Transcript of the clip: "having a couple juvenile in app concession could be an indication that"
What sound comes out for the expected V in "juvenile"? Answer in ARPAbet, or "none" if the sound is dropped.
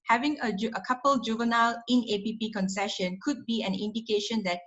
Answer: V